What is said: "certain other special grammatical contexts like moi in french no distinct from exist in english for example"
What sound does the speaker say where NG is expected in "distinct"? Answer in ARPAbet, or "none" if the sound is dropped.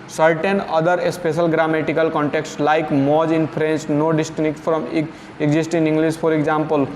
none